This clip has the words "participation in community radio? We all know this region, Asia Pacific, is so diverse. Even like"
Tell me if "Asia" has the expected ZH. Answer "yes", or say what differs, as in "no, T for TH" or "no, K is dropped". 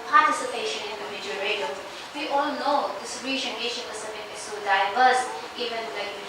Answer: no, SH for ZH